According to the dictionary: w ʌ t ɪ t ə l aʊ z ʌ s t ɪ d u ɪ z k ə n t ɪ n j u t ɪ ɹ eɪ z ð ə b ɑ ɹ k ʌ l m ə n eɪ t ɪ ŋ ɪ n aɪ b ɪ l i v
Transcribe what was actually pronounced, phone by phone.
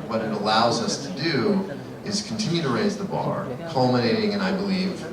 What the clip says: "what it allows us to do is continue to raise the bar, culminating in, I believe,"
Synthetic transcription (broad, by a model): w ʌ t ɪ t ə l aʊ z ʌ s t ɪ d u ɪ z k n t ɪ n j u t ɪ ɹ eɪ z ð ə b ɑ ɹ k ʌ l m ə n eɪ t ɪ ŋ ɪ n aɪ b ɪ l i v